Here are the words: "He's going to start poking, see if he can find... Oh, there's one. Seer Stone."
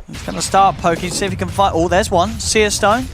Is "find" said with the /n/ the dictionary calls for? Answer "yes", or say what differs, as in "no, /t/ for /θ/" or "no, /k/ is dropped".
no, /n/ is dropped